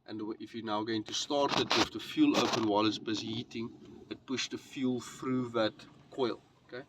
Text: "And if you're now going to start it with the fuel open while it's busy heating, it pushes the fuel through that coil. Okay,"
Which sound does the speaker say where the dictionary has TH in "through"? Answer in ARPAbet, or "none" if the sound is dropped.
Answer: F